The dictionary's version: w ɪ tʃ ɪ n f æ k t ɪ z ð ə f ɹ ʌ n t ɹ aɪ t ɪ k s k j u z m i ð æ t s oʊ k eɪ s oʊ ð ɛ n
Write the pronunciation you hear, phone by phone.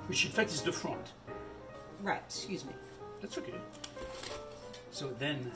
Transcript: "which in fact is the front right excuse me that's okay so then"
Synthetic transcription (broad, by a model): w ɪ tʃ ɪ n f æ k t ɪ z ð ə f ɹ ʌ n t ɹ aɪ t s k j u z m i ð æ t s oʊ k eɪ s oʊ ð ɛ n